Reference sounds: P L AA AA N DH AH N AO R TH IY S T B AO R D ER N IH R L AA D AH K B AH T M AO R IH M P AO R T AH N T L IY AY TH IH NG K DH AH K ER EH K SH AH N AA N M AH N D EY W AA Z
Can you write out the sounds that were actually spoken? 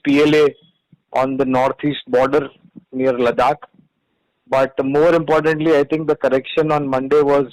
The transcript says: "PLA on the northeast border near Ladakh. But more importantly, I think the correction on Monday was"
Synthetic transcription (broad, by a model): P L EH AA N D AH N AO R T IY S T B AO R D ER N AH R L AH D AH K B AH T M AO R IH M P AO R T AH N T L IY AY T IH NG K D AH K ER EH K SH AH N AA N M AH N D EY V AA Z